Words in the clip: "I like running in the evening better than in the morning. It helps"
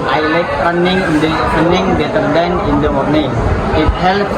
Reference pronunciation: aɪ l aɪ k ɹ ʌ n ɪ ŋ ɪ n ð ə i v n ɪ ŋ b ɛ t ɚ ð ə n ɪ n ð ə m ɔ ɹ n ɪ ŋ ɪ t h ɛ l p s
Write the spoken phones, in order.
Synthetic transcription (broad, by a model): aɪ l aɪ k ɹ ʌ n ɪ ŋ ɪ n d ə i n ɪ ŋ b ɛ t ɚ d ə n ɪ n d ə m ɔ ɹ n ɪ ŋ ɪ t h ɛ l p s